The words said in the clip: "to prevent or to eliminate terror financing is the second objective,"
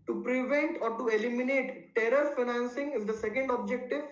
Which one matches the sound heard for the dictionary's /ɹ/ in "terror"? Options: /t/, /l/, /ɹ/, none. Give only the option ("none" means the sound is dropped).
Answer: /ɹ/